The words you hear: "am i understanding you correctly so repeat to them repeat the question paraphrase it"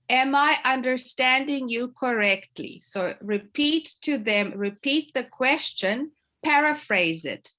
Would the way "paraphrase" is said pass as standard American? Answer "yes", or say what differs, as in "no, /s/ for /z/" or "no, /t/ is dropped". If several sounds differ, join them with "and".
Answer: yes